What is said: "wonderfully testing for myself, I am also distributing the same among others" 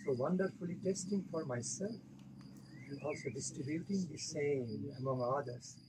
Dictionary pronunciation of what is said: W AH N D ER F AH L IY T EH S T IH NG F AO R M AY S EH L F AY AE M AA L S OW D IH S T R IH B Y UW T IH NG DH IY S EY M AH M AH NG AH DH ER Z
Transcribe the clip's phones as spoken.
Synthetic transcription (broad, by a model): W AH N D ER F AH L IY T EH S T IH NG F AO R M AY S EH L F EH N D AA L S OW D IH S T R IH B Y UW T IH NG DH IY S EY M AH M AH NG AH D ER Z